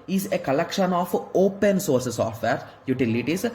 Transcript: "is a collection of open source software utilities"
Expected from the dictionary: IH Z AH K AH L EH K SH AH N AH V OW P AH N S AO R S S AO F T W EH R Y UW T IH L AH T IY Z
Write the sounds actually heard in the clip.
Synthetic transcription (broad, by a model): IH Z AH K AH L EH K SH AH N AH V OW P AH N S AO R S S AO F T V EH R Y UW T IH L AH T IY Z